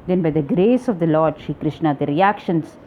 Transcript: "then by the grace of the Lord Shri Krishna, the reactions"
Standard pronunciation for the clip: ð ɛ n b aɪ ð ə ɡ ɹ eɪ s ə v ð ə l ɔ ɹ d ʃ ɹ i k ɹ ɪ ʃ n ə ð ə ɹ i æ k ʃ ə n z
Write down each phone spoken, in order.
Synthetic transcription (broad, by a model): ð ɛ n b aɪ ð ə ɡ ɹ eɪ s ə v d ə l ɔ ɹ d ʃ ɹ i k ɹ ɪ ʃ n ə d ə ɹ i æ k ʃ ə n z